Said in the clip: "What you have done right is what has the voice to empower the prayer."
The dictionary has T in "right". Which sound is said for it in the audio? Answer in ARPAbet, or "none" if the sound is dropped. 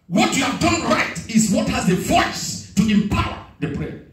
T